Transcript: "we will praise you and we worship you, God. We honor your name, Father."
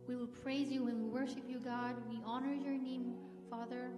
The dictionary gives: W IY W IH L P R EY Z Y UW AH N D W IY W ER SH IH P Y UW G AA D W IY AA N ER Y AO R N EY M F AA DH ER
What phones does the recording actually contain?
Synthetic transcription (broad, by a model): W IY W IH L P R EY Z Y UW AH N W IY W ER SH IH P Y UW G AA D W IY AA N ER Y AO R N EY M F AA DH ER